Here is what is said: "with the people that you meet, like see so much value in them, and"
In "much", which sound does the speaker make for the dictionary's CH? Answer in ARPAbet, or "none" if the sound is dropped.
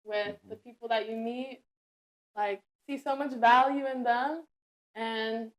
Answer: CH